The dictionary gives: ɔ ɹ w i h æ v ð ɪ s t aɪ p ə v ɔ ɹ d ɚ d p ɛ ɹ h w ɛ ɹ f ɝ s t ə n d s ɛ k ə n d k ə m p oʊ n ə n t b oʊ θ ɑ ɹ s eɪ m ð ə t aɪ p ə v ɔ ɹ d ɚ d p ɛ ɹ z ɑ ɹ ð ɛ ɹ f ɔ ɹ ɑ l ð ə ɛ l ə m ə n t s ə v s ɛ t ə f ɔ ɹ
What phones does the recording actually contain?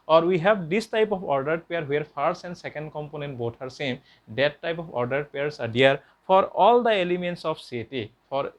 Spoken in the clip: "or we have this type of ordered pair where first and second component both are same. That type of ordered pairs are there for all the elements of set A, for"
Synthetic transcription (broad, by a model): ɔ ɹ w i h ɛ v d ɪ s t aɪ p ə p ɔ ɹ d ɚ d p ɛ ɹ h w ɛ ɹ p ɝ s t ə n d s ɛ k ə n d k ə m p oʊ n ə n t b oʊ t ɑ ɹ s eɪ m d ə t aɪ p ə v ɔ ɹ d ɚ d p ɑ ɹ s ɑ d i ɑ ɹ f ɔ ɹ ɑ l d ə ɛ l ə m ə n t s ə p s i t ə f ɔ ɹ